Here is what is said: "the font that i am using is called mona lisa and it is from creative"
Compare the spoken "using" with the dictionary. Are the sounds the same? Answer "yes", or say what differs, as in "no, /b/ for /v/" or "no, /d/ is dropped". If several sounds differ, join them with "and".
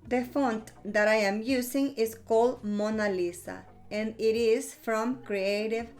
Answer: no, /s/ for /z/